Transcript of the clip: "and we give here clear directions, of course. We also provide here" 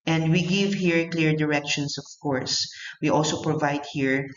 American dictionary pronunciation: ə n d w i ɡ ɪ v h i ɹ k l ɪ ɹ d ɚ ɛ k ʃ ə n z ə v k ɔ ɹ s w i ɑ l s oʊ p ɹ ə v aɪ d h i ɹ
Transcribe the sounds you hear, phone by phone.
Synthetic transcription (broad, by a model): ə n d w i ɡ ɪ v h i ɹ k l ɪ ɹ d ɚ ɛ k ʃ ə n s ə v k ɔ ɹ s w i ɑ l s oʊ p ɹ ə v aɪ d h i ɹ